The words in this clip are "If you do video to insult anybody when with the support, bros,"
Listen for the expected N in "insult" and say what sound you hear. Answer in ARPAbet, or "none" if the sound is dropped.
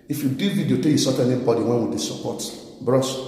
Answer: none